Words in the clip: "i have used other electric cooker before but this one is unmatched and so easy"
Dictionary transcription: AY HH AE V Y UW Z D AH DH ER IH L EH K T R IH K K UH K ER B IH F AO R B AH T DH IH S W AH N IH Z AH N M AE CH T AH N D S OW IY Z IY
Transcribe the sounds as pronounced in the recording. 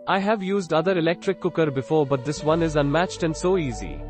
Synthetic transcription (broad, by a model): AY HH AE V Y UW Z D AH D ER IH L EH K T R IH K K UH K ER B IH F AO R B AH T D IH S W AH N IH Z AH N M AE CH T AH N D S OW IY Z IY